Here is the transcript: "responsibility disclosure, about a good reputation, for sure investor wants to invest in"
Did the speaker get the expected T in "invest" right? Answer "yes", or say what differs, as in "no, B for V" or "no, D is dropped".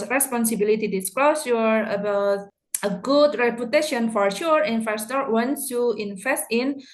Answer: yes